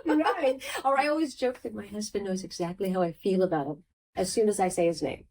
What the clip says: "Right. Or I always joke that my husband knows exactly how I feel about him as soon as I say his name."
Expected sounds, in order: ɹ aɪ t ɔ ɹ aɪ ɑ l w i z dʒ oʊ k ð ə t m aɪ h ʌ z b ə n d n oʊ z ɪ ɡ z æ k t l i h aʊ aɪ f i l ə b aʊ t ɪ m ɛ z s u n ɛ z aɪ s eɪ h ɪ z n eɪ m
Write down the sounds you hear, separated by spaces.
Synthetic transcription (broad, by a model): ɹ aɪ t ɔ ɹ aɪ ɑ l w i z dʒ oʊ k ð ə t m aɪ h ʌ z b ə n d n oʊ z ɪ ɡ z æ k t l i h aʊ aɪ f i l ə b aʊ t ɪ m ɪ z s u n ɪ z aɪ s eɪ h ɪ z n eɪ m